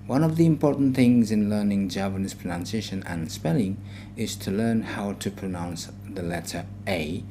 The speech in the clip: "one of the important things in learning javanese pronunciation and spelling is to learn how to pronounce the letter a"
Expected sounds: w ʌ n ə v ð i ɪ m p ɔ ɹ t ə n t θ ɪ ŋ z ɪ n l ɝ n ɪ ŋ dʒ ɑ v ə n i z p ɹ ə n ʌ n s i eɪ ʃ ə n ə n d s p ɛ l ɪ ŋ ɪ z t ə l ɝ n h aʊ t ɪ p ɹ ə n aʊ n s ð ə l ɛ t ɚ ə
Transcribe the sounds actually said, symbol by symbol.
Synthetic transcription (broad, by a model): w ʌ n ə v ð i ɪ m p ɔ ɹ t n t θ ɪ ŋ z ɪ n l ɝ n ɪ ŋ dʒ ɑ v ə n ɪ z p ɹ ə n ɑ n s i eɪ ʃ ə n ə n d s p ɛ l ɪ ŋ ɪ z t ə l ɝ n h aʊ t ɪ p ɹ ə n aʊ n s ð ə l ɛ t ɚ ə